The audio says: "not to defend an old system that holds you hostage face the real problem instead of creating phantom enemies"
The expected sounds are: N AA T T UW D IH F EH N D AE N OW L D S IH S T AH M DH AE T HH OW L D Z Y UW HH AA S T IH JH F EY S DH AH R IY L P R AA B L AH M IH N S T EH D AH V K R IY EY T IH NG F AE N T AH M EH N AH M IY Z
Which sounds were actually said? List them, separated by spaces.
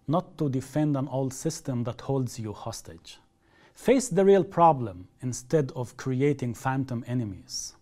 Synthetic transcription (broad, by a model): N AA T T UW D IH F EH N D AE N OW L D S IH S T AH M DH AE T HH OW L D Z Y UW HH AA S T IH JH F EY S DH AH R IY L P R AA B L AH M IH N S T EH D AH V K R IY EY T IH NG F AE N T AH M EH N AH M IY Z